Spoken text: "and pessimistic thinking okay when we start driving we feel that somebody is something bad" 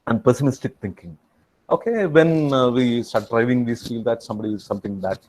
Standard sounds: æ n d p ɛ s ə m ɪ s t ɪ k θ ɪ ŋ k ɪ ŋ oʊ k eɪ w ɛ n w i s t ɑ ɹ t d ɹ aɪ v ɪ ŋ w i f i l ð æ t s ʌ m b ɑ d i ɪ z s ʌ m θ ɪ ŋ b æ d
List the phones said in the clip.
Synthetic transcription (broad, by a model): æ n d p ɛ s ə m ɪ s t ɪ k t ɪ ŋ k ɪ ŋ oʊ k eɪ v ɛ n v i s t ɑ ɹ t d ɹ aɪ v ɪ ŋ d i f i l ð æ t s ʌ m b ɑ d i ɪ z s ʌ m t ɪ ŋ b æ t